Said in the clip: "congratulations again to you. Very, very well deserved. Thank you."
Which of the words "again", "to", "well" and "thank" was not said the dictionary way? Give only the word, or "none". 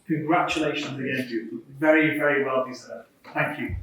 to